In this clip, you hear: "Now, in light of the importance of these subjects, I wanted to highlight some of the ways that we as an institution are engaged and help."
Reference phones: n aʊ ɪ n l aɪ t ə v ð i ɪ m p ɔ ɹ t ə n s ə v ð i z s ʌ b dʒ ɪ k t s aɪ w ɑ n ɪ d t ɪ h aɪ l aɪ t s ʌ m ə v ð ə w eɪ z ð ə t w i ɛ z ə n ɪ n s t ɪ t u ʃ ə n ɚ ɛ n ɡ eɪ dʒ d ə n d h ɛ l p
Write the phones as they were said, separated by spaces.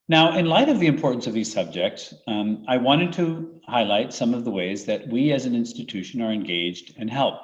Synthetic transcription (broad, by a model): n aʊ ɪ n l aɪ t ə v ð i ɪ m p ɔ ɹ t n s ə v ð i z s ʌ b dʒ ɪ k t s aɪ w ɑ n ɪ d t ɪ h aɪ l aɪ t s ʌ m ə v ð ə w eɪ z ð ə t w i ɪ z ə n ɪ n s t ɪ t u ʃ ə n ɚ ɛ n ɡ eɪ dʒ d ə n h ɛ l p